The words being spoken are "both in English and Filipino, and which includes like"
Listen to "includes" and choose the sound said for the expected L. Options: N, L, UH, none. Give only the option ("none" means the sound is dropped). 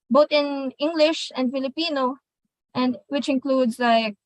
L